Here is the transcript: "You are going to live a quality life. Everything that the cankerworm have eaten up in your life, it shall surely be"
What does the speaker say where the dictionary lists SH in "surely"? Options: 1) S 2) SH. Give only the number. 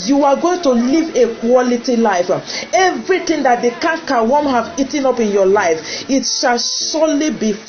1